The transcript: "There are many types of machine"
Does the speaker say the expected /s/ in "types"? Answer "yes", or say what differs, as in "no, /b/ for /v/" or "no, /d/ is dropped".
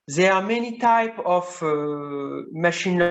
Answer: no, /s/ is dropped